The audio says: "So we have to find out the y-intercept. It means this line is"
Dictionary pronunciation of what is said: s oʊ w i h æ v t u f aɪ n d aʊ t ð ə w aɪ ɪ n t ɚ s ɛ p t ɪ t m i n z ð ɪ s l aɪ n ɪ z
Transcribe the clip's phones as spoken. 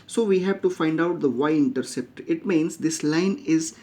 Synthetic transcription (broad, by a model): s oʊ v i h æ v t u f aɪ n d aʊ t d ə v aɪ ɪ n t ɚ s ɛ p t ɪ t m i n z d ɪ s l aɪ n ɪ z